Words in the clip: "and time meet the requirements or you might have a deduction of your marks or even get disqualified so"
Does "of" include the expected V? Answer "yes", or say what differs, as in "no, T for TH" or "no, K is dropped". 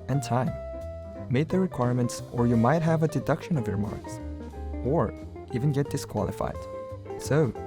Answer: yes